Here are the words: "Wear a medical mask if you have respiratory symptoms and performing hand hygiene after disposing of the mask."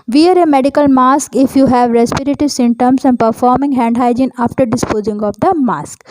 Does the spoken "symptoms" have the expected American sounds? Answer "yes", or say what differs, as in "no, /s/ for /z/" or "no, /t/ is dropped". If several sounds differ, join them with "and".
no, /p/ is dropped and /s/ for /z/